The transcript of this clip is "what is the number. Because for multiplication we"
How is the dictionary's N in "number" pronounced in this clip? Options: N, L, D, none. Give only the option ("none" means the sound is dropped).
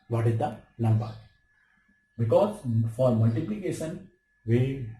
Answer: L